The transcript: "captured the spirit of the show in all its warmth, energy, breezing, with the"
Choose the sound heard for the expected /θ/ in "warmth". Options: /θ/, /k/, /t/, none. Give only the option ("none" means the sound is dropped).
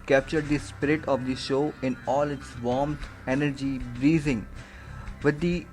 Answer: /t/